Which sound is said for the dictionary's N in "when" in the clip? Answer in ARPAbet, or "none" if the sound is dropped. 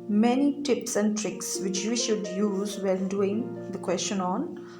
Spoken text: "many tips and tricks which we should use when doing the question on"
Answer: L